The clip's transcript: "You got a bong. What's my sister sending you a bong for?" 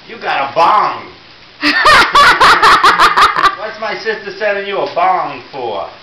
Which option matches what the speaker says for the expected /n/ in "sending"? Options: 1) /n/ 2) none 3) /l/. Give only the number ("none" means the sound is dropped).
2